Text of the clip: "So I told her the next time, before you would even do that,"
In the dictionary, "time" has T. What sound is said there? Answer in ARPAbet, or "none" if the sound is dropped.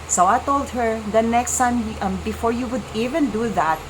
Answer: S